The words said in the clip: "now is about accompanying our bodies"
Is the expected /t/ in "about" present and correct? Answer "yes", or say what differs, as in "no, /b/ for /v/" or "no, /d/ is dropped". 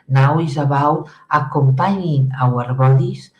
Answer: no, /t/ is dropped